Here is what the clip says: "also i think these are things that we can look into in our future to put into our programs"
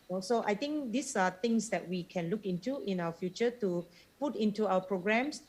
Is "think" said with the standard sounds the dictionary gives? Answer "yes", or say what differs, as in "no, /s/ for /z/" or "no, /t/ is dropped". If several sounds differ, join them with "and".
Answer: no, /t/ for /θ/